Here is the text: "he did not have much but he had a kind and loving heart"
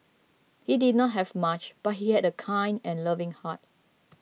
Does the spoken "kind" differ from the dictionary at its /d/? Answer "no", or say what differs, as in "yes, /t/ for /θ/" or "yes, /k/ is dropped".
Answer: no